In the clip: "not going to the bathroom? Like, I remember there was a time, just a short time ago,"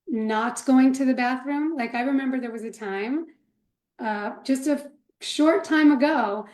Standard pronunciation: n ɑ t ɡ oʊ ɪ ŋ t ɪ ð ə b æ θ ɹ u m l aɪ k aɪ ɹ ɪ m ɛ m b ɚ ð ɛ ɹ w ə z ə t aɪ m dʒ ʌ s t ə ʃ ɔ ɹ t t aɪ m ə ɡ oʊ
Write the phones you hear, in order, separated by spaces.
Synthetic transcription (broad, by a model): n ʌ t ɡ oʊ ɪ ŋ t ɪ ð ə b æ θ ɹ u m l aɪ k aɪ ɹ ɪ m ɛ m b ɚ ð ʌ ɹ w ə z ə t aɪ m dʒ ʌ s t ə ʃ ɔ ɹ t t aɪ m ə ɡ oʊ